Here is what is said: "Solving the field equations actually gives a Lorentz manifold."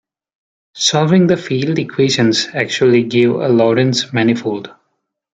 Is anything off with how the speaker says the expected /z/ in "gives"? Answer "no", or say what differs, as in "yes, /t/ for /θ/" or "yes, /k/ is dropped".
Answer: yes, /z/ is dropped